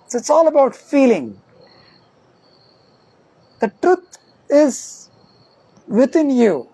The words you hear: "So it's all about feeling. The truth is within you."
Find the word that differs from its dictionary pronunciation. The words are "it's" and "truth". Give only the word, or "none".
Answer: truth